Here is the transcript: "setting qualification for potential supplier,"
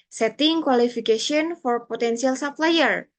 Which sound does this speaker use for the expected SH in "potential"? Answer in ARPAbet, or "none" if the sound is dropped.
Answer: S